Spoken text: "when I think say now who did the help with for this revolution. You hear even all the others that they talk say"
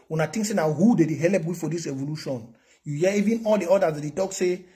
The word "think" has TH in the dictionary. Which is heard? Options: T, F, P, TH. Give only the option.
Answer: T